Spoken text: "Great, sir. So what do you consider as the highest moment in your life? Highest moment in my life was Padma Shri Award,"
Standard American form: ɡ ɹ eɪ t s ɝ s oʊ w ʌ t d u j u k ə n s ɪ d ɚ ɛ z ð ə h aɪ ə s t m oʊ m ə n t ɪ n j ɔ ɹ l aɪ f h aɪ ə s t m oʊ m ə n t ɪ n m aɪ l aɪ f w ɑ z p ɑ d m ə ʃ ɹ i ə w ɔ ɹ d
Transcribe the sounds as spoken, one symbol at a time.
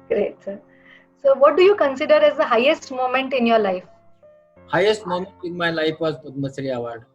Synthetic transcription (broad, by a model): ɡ ɹ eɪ t s ɝ s oʊ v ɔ t d u j u k ə n s ɪ d ɚ ɛ z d ə h aɪ ə s t m oʊ m ə n t ɪ n j ɔ ɹ l aɪ f h aɪ ə s t m oʊ m ə n t ɪ n m aɪ l aɪ f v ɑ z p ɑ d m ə s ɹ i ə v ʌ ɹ d